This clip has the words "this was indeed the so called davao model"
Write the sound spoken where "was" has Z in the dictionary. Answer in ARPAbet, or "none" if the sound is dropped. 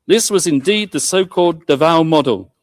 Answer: Z